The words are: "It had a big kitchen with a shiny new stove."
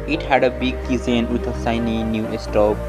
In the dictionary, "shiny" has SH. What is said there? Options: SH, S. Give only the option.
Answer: S